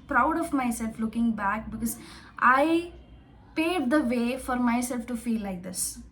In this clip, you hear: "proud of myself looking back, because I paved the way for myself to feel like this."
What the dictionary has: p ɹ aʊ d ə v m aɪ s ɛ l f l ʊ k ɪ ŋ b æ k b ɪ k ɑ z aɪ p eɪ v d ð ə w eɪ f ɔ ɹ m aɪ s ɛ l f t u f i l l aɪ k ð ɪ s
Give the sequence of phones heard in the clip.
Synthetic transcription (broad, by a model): p ɹ aʊ d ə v m aɪ s ɛ l f l ʊ k ɪ ŋ b æ k b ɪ k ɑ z aɪ p eɪ d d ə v eɪ f ɔ ɹ m aɪ s ɛ l f t u f i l l aɪ k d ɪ s